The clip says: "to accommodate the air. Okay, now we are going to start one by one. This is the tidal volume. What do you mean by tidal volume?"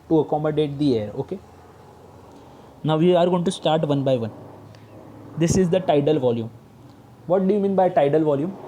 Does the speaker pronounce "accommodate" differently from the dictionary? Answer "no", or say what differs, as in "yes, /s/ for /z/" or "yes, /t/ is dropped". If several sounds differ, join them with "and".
no